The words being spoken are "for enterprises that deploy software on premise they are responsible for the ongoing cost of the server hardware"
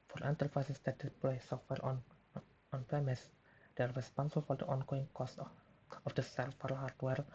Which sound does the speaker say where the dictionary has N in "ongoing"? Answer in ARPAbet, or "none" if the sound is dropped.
N